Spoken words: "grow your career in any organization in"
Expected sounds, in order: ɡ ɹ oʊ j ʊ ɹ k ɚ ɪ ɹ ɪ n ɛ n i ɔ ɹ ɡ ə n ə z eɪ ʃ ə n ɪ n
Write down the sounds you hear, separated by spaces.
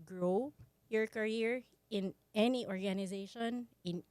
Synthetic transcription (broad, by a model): ɡ ɹ oʊ j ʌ ɹ k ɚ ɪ ɹ ɪ n ɛ n i ɔ ɹ ɡ ə n ə z eɪ ʃ ə n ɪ n